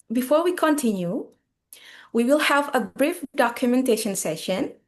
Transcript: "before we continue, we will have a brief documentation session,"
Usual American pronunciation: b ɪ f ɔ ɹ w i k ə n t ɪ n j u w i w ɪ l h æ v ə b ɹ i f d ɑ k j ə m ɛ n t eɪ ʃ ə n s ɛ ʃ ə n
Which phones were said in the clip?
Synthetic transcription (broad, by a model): b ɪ f ɔ ɹ w i k ə n t ɪ n j u w i w ɪ l h æ v ə b ɹ i f d ɑ k j ə m ɛ n t eɪ ʃ ə n s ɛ ʃ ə n